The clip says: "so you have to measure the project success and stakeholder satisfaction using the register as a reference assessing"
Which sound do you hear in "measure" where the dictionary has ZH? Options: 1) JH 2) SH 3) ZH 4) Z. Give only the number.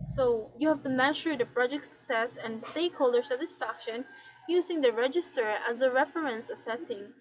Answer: 2